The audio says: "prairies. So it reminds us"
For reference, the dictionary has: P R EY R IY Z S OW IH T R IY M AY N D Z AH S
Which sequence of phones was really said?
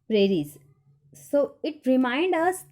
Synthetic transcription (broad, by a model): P R EY R IY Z S OW IH T R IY M AY N D AH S